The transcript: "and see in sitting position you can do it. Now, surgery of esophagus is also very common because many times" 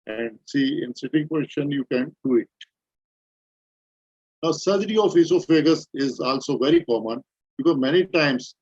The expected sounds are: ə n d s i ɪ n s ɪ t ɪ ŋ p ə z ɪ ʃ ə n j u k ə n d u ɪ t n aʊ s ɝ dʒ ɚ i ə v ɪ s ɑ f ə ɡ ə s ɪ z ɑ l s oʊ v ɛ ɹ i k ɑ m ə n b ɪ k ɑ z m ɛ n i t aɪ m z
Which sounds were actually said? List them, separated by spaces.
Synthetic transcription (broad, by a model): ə n d s i ɪ n s ɪ t ɪ ŋ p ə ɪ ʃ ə n j u k ə n d u ɪ t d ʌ s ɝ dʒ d i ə f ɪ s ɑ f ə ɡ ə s ɪ z ɑ l s oʊ v ɛ ɹ i k ɑ m ə n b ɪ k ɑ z m ɛ n i t aɪ m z